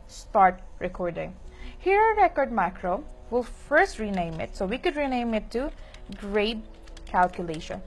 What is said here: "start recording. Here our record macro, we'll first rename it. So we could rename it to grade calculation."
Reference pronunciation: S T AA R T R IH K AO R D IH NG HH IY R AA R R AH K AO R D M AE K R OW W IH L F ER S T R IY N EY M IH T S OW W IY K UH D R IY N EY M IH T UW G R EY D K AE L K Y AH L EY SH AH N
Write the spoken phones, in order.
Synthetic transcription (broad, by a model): S T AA R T R IH K AO R D IH NG HH IY R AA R R AH K AO R D M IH K R OW W IH L F ER S T R IY N EY M IH T S OW W IY K UH D R IY N EY M IH T UW G R EY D K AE L K Y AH L EY SH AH N